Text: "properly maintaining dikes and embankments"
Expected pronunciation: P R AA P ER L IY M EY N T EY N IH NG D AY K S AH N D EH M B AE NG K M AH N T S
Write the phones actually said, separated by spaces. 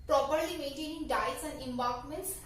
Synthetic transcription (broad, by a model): P R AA P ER L IY M EY N T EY N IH NG D AY S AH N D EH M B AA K M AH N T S